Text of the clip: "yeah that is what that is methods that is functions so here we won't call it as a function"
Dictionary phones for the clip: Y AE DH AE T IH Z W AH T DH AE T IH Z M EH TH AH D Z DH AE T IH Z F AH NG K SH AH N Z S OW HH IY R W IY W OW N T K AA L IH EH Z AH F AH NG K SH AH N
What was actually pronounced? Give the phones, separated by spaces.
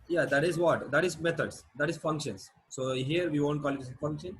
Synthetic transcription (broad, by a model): Y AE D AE T IH Z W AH T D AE T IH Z M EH T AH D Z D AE T IH Z F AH NG K SH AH N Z S OW HH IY R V IY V OW N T K AA L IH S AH F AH NG K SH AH N